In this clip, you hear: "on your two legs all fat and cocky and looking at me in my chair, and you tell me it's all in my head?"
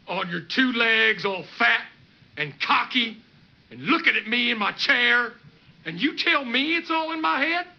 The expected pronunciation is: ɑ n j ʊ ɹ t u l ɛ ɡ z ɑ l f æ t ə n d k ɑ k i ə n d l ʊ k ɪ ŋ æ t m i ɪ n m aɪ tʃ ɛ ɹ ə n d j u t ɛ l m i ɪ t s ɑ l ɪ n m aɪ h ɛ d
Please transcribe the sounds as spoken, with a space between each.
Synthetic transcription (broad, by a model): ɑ n j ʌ ɹ t u l ɛ ɡ z ɑ l f æ t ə n k ɑ k i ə n l ʊ k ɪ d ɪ t m i ɪ n m aɪ tʃ ɛ ɹ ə n j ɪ t ɛ l m i ɪ t s ɑ l ɪ n m aɪ h ɛ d